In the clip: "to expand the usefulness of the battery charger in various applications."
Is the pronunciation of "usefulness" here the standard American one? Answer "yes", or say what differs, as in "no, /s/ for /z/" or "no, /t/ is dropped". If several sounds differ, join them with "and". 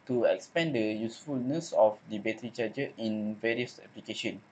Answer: yes